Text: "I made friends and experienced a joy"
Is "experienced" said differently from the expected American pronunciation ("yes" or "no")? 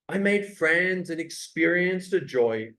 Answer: no